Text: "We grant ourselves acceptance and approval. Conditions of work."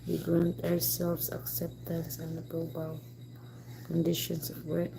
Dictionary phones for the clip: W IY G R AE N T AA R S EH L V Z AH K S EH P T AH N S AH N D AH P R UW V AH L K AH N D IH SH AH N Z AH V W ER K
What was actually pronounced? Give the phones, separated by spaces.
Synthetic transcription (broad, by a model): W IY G R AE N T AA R S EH L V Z AH K S EH P T AH N S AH N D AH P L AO B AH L K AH N D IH SH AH N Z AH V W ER